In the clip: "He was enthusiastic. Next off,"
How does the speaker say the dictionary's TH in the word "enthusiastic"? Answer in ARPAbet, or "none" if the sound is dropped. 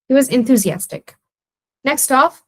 TH